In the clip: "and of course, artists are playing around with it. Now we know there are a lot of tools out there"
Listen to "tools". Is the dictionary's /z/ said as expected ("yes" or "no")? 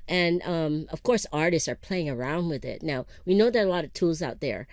yes